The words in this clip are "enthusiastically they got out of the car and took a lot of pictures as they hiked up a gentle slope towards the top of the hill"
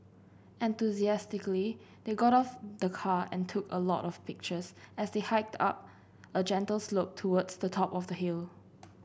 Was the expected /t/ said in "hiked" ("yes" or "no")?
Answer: yes